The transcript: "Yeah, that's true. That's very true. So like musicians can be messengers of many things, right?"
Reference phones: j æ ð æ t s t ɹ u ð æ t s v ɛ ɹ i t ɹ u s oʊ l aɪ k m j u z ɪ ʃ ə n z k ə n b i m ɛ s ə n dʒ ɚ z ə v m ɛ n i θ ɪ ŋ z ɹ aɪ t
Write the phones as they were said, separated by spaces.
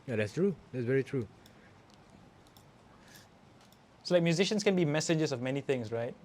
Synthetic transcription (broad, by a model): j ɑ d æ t s t ɹ u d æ t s v ɛ ɹ i t ɹ u s oʊ l aɪ k m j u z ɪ ʃ ə n s k ə n b i m ɛ s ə dʒ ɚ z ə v m ɛ n i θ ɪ ŋ s ɹ aɪ t